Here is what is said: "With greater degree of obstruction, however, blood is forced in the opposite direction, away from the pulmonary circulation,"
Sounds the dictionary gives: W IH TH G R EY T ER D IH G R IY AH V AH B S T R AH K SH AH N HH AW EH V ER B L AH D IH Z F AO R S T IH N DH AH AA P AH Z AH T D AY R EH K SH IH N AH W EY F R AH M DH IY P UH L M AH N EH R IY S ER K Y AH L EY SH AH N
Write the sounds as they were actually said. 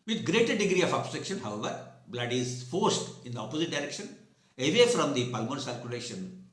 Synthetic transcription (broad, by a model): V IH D G R EY T ER D IH G R IY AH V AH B S T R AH K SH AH N HH AW EH V ER B L AH D IH Z F AO R S T IH N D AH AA P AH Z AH T D AY R EH K SH IH N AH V EY F R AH M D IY P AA L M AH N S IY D K Y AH L EY SH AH N